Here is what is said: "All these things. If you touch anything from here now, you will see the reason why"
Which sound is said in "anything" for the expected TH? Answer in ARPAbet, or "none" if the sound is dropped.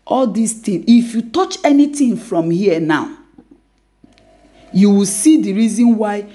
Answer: T